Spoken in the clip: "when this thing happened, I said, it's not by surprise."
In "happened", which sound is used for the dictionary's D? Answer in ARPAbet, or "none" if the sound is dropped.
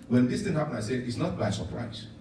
none